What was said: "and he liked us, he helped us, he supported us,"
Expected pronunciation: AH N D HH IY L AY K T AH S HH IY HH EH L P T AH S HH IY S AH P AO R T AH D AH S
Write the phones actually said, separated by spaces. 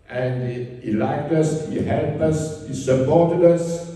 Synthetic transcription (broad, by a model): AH N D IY L AY K T AH S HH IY HH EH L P AH S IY S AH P AO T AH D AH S